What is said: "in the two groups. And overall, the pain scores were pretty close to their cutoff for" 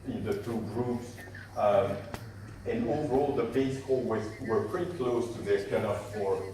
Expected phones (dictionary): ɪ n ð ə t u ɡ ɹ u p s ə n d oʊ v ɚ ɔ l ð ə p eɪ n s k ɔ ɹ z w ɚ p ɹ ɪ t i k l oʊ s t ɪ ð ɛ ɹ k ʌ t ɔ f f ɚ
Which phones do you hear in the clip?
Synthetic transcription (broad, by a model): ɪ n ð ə t u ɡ ɹ u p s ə n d oʊ v ɚ ɔ l ð ə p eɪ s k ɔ w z w ɚ p ɹ ɪ t i k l oʊ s t ɪ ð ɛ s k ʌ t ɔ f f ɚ